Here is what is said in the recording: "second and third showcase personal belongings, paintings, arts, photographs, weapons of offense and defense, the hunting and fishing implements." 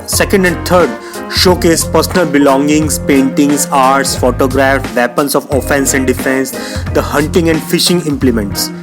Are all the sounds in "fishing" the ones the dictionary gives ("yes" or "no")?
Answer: yes